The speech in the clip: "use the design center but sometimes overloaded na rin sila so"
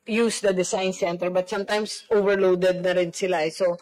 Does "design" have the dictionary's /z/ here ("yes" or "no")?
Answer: no